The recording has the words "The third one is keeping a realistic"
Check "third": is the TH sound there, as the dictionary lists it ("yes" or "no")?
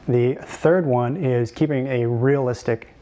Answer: yes